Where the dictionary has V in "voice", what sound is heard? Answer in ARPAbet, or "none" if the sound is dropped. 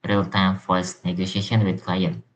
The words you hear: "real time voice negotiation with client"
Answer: F